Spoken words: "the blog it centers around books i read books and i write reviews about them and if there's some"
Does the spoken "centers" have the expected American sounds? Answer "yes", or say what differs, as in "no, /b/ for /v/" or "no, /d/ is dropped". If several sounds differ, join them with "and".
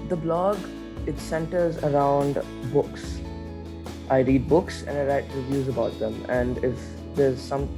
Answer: yes